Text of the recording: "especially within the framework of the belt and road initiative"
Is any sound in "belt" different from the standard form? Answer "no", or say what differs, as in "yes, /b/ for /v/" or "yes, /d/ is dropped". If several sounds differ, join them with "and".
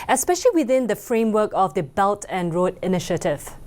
no